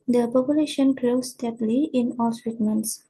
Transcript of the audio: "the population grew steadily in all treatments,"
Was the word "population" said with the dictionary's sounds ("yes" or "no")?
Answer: yes